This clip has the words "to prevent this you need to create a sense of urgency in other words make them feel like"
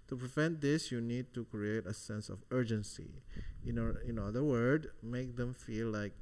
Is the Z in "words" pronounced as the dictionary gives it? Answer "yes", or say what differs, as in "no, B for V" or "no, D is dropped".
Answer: no, Z is dropped